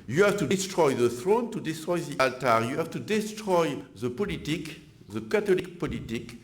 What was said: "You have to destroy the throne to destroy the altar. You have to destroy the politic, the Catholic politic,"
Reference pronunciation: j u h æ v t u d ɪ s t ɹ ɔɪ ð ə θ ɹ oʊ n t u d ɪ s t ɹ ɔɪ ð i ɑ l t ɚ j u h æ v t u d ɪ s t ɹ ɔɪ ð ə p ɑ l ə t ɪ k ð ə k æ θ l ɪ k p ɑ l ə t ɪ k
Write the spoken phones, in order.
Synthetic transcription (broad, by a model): j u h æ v t u d ɪ s t ɹ ɔɪ ð ə θ ɹ oʊ n t u d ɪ s t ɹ ɔɪ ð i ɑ l t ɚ j u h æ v t u d ɪ s t ɹ ɔɪ ð ə p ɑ l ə t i k ð ə k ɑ t l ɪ k p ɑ l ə t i k